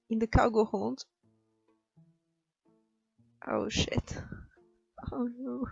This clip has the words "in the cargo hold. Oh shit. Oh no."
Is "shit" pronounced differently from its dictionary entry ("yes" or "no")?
no